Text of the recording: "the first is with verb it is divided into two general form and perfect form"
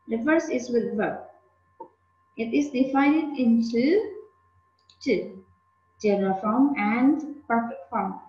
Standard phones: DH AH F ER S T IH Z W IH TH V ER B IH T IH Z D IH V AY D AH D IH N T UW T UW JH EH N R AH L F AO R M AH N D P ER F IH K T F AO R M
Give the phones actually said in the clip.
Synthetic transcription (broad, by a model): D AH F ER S IH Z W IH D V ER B IH T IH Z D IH F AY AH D IH N T UW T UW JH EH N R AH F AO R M AH N D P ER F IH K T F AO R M